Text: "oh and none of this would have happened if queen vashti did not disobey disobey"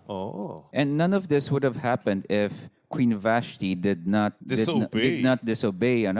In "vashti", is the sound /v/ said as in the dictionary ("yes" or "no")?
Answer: yes